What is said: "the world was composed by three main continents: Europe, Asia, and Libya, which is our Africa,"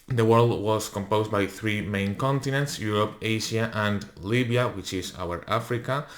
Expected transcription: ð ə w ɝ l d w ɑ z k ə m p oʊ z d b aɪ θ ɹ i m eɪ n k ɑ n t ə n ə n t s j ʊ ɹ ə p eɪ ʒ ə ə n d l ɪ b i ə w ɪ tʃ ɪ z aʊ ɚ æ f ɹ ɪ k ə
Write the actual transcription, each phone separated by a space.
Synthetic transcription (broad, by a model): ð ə w ɝ l d w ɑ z k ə m p oʊ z b aɪ θ ɹ i m eɪ n k ɑ n t ə n ə n t s j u ɹ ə p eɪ ʃ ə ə n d l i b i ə w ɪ tʃ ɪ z aʊ ɚ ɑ f ɹ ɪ k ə